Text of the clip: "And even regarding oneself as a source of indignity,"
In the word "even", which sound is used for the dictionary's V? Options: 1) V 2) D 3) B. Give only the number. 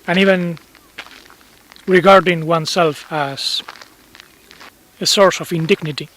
1